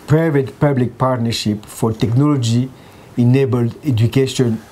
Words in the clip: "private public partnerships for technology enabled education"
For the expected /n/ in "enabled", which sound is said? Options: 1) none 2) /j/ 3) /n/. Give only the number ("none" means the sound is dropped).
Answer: 3